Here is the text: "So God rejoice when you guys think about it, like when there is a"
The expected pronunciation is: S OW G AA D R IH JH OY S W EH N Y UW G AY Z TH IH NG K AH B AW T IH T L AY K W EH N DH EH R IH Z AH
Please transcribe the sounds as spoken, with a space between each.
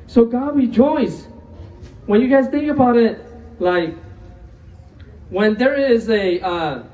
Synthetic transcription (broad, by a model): S OW G AA D W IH JH OY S W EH N Y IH G AY Z TH IH NG K AH B AW T IH T L AY K W EH N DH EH R IH Z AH